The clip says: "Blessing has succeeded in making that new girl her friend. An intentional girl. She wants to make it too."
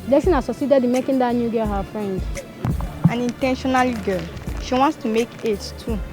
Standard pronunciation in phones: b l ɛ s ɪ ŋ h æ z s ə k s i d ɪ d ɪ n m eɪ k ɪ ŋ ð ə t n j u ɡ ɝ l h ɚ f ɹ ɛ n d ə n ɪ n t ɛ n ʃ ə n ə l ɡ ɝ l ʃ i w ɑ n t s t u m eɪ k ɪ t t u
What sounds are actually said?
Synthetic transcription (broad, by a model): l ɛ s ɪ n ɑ s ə s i d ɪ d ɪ m eɪ k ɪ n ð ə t n j u ɡ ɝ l h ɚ f ɹ ɛ n d ə n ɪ n t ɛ n ʃ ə n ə l ɡ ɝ l ʃ i w ɑ n t s t u m eɪ k ɪ t t u